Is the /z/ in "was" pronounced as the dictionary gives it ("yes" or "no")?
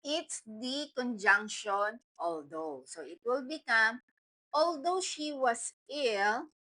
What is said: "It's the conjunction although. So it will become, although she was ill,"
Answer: no